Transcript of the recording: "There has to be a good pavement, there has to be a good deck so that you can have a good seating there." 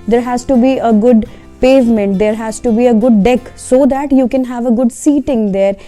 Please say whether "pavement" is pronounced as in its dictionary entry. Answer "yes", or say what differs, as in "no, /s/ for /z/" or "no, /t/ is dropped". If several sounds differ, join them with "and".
yes